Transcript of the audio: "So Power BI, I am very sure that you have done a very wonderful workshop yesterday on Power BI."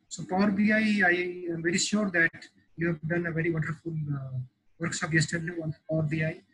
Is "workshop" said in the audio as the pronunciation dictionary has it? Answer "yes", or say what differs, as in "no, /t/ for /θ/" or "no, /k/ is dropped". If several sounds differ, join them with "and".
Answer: no, /s/ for /ʃ/